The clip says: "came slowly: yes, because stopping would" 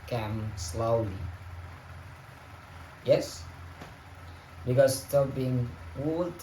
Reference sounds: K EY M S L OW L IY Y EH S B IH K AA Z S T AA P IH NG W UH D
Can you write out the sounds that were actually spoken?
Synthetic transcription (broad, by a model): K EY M S L OW L IY Y EH S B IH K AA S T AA B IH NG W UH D